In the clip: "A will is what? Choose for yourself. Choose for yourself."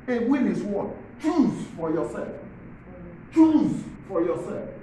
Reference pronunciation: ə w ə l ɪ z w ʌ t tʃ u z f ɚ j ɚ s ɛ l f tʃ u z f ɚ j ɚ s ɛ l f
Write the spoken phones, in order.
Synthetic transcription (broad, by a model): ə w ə n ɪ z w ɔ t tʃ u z f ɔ j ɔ s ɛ l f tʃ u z f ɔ j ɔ s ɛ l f